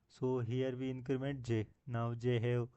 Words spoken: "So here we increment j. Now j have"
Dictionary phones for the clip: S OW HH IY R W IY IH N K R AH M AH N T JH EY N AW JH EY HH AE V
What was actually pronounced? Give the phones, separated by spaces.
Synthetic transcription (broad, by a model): S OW HH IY R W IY IH N K R AH M AH N T JH EY N AW JH EY HH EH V